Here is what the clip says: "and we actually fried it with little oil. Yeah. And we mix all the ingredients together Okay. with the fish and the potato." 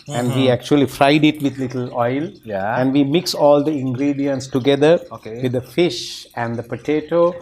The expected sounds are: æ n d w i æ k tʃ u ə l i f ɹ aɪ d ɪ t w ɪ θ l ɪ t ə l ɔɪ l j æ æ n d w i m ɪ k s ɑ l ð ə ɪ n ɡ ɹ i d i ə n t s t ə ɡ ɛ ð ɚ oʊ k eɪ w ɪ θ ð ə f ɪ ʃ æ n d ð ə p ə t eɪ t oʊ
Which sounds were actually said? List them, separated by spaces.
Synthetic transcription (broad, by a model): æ n d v i æ k tʃ u ə l i f ɹ aɪ d ɪ t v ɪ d l ɪ t ə l ɔɪ l j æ æ n d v i m ɪ k s ɑ l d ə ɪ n ɡ ɹ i d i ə n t s t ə ɡ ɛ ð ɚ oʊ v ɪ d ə f ɪ ʃ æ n d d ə p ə t eɪ t oʊ